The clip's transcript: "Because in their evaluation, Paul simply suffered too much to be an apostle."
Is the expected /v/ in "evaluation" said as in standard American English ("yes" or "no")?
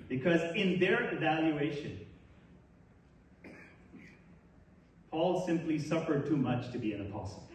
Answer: yes